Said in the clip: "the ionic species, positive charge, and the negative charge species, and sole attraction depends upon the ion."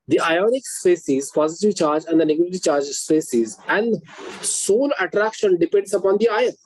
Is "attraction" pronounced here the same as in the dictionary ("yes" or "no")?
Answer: yes